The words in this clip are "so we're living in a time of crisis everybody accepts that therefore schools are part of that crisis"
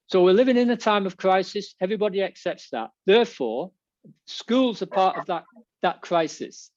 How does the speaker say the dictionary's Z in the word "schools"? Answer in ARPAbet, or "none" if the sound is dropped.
Z